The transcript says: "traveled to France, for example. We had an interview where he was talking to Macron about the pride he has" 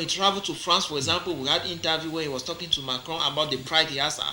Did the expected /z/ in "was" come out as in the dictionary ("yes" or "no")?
no